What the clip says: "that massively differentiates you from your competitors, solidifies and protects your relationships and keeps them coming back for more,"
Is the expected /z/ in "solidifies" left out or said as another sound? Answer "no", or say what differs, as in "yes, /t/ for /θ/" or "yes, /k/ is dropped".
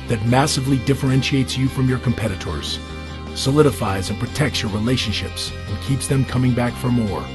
no